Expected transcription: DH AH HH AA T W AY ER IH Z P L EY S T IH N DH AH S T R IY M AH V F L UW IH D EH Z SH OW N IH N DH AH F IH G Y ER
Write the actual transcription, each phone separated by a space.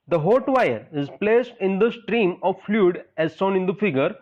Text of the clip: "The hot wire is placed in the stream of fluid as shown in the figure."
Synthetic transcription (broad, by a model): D AH HH AA T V AY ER IH Z P L EY S T IH N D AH S T R IY M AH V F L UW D EH Z S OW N IH N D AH F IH G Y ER